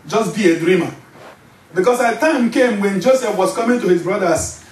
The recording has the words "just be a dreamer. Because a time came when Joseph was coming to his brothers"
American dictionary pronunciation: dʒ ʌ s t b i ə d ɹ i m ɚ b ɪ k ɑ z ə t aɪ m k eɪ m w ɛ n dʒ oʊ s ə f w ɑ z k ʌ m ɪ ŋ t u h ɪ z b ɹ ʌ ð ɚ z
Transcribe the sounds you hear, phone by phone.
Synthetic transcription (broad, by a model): dʒ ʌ s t b i ə d ɹ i m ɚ b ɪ k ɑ s ə t aɪ m k eɪ m w ɛ n dʒ oʊ s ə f w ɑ s k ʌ m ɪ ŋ t u h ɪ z b ɹ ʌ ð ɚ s